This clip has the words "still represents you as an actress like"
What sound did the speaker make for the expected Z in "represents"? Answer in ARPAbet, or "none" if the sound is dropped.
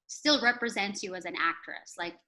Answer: Z